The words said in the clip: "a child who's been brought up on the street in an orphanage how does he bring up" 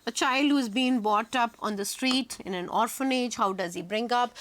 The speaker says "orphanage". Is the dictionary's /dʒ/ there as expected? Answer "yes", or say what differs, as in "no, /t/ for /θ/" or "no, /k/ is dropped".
yes